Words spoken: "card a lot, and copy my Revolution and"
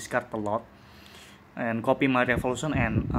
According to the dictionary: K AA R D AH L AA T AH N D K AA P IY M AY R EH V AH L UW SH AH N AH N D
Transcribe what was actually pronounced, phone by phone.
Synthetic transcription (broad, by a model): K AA R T AH L AA T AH N K AA P IY M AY R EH F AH L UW S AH N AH N